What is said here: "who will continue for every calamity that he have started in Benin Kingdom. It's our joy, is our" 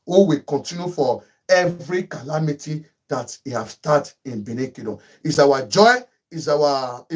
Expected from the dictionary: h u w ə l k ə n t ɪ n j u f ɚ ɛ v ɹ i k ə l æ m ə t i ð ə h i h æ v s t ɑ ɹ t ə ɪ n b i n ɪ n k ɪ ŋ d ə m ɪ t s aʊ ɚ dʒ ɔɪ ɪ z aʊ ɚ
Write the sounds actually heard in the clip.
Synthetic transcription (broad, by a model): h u w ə k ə n t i n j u f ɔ ɛ v ɹ i k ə l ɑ m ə t i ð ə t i h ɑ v s t ɑ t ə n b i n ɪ k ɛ d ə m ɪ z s aʊ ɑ dʒ ɔɪ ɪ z aʊ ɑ